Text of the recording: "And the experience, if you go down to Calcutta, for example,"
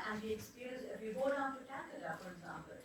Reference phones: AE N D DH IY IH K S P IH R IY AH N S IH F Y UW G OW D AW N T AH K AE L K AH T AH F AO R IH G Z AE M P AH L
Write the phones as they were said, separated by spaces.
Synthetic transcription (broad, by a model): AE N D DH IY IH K S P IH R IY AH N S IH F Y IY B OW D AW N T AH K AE K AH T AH F AO R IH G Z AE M P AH L